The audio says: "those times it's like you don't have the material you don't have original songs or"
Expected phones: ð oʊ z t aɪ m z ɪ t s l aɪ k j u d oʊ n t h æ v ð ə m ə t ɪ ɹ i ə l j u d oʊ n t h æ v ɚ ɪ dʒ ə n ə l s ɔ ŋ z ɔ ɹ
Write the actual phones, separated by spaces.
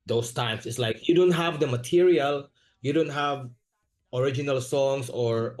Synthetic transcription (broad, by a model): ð oʊ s t aɪ m s ɪ t s l aɪ k j u d oʊ n t h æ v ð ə m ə t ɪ ɹ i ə l j u d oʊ n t h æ v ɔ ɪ dʒ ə n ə l s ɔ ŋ s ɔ ɹ